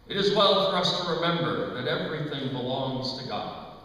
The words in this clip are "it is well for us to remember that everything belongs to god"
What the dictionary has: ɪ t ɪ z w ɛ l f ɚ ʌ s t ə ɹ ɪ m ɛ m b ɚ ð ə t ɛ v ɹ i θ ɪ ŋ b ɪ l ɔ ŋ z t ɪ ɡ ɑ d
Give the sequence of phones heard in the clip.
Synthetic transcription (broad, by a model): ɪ t ɪ z w ɛ l f ɚ ʌ s t ə ɹ ɪ m ɛ m b ɚ ð ə t ɛ v ɹ i θ ɪ ŋ b ɪ l ɔ ŋ z t ɪ ɡ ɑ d